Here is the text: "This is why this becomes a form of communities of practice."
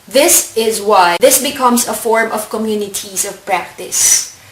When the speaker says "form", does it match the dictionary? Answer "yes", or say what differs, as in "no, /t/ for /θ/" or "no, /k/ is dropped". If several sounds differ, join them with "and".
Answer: yes